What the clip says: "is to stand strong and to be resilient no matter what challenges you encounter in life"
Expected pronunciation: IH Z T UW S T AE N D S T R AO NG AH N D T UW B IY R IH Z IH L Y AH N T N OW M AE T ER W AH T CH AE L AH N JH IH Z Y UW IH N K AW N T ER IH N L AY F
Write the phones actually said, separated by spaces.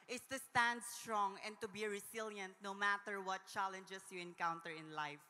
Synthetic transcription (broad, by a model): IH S T UW S T AE N D S T R AO NG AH N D T UW B IY R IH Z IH L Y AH N T N OW M AE T ER W AH T CH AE L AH N JH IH S Y UW IH N K AW N T ER IH N L AY F